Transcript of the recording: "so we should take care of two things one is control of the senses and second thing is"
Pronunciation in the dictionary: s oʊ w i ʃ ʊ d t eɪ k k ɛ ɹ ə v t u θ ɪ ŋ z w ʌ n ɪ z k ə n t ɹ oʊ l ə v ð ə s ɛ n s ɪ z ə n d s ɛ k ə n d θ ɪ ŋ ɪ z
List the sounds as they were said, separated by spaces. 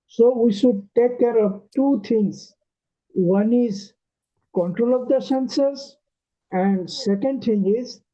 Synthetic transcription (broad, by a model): s oʊ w i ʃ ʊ d t eɪ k k ɛ ɹ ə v t u t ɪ ŋ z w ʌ n ɪ z k ə n t ɹ oʊ l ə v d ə s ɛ n s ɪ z ə n d s ɛ k ə n d t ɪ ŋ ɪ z